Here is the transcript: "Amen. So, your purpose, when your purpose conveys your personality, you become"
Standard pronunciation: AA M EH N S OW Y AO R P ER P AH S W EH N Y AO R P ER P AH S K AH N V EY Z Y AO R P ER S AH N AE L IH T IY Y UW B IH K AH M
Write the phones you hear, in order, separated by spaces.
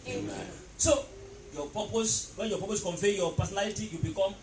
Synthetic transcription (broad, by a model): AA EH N S OW Y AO P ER P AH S W EH N Y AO P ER P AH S K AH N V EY Y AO P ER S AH N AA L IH T IY Y UW B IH K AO M